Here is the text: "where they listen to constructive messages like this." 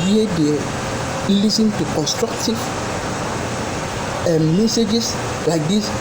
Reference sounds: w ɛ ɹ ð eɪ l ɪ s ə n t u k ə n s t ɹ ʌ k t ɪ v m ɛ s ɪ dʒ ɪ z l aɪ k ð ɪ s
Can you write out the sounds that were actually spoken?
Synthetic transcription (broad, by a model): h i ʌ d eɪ l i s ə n t u k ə n s t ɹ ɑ k t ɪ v m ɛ s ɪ dʒ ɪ s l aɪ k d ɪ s